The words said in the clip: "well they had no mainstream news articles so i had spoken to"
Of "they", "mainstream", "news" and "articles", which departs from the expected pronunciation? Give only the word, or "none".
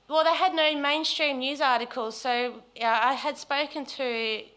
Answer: none